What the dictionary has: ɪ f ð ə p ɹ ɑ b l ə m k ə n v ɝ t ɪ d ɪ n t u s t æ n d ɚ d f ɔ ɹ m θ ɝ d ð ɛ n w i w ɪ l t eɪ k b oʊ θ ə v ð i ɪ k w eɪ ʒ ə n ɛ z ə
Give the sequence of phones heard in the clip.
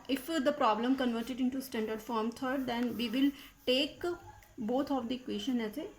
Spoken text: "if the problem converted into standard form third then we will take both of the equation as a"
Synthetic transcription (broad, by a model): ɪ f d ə p ɹ ɑ b l ə m k ə n v ɝ t ɪ d ɪ n t u s t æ n d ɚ d f ɔ ɹ m t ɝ d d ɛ n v i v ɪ l t eɪ k b oʊ t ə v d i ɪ k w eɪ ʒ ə n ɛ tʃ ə